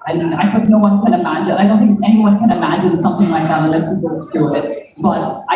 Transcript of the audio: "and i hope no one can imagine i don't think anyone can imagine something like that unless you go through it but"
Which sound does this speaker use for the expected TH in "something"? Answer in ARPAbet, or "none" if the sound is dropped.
TH